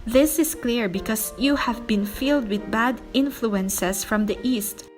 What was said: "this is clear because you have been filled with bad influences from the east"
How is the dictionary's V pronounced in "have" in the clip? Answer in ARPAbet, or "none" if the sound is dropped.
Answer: V